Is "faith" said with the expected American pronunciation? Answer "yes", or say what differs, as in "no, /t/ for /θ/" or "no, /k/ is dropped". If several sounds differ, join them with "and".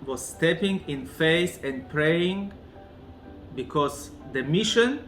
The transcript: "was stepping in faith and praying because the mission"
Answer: no, /s/ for /θ/